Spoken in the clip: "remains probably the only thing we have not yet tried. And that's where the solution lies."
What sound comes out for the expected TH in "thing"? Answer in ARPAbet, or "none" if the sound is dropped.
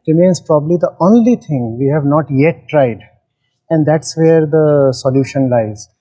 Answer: T